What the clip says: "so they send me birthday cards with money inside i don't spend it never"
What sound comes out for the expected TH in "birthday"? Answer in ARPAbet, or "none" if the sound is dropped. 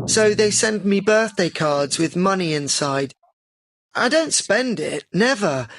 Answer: TH